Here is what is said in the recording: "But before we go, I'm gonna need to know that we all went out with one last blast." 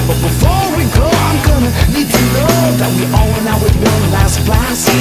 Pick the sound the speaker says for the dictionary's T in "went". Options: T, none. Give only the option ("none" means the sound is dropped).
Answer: none